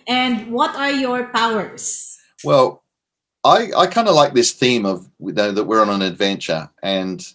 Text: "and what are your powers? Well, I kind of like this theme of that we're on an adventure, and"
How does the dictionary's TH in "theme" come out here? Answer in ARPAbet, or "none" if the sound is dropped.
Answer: TH